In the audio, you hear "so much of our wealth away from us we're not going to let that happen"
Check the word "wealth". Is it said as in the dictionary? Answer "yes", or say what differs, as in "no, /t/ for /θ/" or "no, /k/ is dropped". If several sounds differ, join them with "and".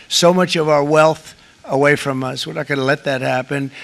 yes